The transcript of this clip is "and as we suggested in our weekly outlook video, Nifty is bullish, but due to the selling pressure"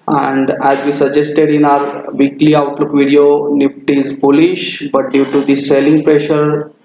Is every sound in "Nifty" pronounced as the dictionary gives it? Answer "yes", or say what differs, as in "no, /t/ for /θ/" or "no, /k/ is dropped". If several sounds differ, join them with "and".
no, /p/ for /f/